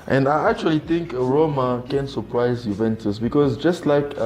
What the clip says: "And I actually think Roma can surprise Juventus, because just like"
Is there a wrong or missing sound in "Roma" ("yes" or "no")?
no